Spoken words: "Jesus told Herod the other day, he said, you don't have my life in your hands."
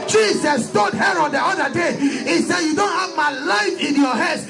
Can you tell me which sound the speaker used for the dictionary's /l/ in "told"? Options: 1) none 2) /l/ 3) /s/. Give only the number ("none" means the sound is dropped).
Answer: 1